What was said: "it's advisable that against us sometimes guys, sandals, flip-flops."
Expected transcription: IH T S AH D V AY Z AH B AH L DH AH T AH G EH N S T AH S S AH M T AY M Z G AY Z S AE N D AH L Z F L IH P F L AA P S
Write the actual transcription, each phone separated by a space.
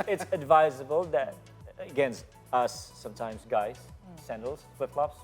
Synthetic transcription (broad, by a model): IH T S AH D V AY Z AH B AH L DH AH T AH G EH N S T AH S S AH M T AY M Z G AY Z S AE N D L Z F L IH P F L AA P S